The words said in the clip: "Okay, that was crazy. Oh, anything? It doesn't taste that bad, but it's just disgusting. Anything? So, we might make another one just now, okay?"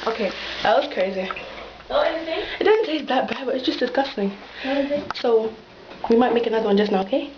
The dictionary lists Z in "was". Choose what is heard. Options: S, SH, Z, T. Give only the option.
S